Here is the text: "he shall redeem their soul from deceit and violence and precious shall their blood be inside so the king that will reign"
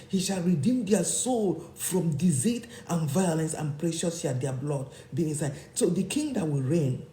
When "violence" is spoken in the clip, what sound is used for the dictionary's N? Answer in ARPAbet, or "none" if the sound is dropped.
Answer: N